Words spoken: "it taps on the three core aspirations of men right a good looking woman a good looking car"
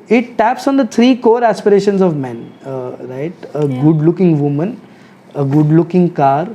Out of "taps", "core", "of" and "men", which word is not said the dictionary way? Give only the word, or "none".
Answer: none